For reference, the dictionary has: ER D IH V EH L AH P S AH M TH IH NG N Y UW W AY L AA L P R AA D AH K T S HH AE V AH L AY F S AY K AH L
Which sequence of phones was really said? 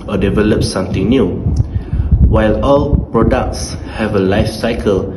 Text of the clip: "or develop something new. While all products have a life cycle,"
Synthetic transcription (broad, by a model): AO D IH V EH L AH P S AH M T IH NG N Y UW W AY L AA L P R AA D AH K T S HH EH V AH L AY F S AY K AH L